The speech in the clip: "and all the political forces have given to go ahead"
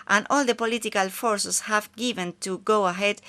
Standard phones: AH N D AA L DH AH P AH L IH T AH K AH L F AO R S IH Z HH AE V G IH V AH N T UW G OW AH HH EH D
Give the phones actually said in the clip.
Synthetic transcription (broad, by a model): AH N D AA L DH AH P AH L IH T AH K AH L F AO R S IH S HH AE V G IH V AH N T UW G OW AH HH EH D